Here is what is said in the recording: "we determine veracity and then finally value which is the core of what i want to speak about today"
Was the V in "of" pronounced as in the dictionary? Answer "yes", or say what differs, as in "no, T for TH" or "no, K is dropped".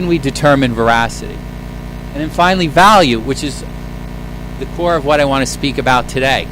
yes